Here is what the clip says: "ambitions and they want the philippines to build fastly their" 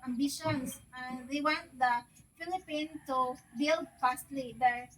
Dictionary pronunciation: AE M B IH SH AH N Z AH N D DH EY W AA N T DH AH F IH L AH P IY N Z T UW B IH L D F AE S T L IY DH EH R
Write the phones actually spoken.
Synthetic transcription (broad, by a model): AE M B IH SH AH N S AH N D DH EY W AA N T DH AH F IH L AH P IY N T UW B IH L D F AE S T L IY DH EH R